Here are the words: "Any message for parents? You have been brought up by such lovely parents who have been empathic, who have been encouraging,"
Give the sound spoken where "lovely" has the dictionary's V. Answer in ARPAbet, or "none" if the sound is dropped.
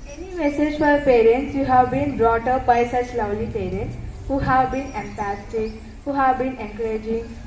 W